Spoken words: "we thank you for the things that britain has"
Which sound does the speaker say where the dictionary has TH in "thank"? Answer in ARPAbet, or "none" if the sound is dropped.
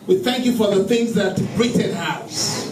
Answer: TH